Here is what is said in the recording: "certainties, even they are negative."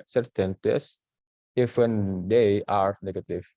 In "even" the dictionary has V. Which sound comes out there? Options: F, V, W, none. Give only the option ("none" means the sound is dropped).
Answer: F